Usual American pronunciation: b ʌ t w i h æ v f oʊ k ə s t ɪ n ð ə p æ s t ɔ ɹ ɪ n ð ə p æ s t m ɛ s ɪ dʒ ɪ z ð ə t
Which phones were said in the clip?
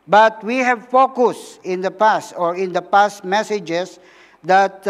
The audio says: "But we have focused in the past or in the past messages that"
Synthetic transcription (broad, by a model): b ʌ t w i h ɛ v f oʊ k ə s ɪ n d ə p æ s t ɔ ɹ ɪ n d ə p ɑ s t m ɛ s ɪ dʒ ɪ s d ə t